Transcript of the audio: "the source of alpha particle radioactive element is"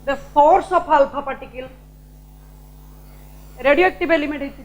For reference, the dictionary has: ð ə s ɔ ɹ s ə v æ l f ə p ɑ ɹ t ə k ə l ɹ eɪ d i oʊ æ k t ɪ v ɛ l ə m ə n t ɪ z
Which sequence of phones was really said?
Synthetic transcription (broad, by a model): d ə s ɔ ɹ s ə p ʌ l p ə p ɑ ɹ t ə k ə l ɹ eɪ d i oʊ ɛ k t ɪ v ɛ l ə m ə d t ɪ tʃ